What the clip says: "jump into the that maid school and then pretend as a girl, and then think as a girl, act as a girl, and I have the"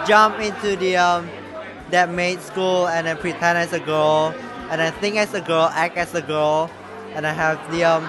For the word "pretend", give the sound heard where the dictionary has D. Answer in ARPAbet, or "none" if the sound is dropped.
none